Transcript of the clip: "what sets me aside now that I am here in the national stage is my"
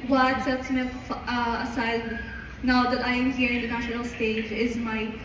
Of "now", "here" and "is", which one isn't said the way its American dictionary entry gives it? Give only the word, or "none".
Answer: none